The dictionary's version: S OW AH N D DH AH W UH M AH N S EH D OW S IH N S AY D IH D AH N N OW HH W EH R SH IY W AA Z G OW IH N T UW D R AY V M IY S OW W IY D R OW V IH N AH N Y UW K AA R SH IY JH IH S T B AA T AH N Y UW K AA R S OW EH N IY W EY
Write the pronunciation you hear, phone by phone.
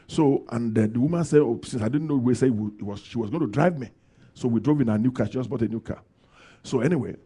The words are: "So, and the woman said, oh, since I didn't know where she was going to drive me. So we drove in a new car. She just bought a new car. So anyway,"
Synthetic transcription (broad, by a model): S OW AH N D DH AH W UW M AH N S EH D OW S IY N S AY D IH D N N OW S W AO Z SH IY W AA Z G OW IH N T UW D R AY V M IY S OW W IY D R OW V IH N AH N Y UW K AA SH IY JH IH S B AA T AH N Y UW K AA S OW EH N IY W EY